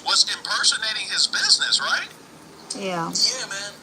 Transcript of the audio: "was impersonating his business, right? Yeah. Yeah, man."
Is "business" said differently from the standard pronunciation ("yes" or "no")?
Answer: no